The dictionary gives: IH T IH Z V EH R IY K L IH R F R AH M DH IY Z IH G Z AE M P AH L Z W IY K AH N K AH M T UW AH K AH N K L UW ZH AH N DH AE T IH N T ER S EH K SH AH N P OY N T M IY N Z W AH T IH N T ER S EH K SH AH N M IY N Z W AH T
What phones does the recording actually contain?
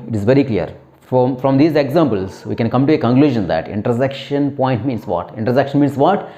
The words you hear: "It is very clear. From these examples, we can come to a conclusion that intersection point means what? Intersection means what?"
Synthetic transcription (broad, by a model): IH T IH Z V EH R IY K L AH R F R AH M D IY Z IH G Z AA M P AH L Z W IY K AH N K AH M T UW AH K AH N K L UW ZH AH N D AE T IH N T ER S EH K SH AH N P OY N T M IY N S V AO T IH N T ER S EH K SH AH N M IY N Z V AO T